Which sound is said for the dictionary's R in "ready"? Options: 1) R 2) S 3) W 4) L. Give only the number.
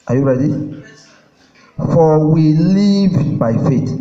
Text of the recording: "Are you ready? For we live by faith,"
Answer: 1